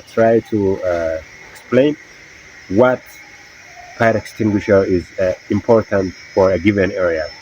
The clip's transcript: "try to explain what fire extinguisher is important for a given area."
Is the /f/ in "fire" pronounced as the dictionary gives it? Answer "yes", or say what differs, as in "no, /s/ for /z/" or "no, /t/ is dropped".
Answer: no, /p/ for /f/